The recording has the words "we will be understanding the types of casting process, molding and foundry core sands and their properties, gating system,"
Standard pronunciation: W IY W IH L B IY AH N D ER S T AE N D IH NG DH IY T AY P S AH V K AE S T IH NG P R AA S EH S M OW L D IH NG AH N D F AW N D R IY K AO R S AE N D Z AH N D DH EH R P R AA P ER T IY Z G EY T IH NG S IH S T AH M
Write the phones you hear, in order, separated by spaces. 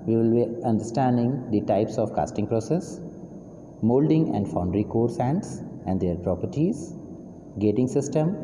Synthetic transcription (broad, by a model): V IY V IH L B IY AH N D ER S T AE N D IH NG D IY T AY P S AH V K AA S T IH NG P R AA S EH S M OW L D IH NG AH N D F AW N D R IY K AO R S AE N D S AH N D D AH R P R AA P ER T IY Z G EY T IH NG S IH S T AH M